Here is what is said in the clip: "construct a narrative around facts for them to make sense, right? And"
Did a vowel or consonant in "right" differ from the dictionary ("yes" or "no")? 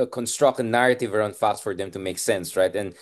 no